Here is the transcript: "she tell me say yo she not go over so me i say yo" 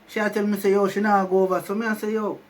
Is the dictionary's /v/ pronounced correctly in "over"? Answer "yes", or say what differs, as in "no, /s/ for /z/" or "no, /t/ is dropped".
no, /b/ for /v/